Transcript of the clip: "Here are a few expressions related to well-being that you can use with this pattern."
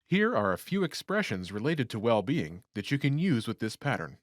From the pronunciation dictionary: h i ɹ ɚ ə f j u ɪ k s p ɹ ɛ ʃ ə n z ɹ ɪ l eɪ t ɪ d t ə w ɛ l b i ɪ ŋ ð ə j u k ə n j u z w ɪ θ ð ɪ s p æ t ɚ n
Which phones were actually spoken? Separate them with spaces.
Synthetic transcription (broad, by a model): h i ɹ ɚ ə f j u ɪ k s p ɹ ɛ ʃ ə n z ɹ ɪ l eɪ t ɪ d t ə w ɛ l b i ɪ ŋ ð ə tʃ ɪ k ə n j u z w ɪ ð ɪ s p æ t ɚ n